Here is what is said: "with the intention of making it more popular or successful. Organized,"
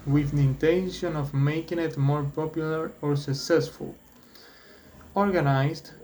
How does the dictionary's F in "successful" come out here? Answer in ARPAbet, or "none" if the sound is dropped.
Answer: F